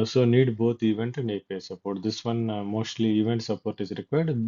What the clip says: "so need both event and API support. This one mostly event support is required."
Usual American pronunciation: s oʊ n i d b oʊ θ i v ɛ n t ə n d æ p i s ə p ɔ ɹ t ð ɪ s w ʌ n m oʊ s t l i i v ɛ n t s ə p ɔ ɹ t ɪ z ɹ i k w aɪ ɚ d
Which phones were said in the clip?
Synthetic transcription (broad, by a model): s oʊ n i d b oʊ t i v ɛ n t ə n d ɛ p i s ə p ɔ ɹ t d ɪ s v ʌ n m oʊ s t l i i v ɛ n t s ə p ɔ ɹ t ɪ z ɹ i k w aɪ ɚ d